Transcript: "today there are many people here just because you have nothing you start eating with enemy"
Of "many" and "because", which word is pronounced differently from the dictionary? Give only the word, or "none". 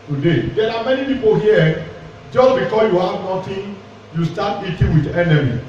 because